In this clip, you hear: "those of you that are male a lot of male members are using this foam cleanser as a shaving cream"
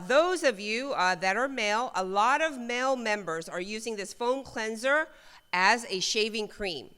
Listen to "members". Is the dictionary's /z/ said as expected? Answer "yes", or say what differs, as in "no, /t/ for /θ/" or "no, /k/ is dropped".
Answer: yes